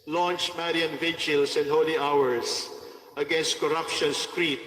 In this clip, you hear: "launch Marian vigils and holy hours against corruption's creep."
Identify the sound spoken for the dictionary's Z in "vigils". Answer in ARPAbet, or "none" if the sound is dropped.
S